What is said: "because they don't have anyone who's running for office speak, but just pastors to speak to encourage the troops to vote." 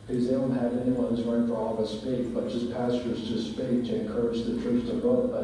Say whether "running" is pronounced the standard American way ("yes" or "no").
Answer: no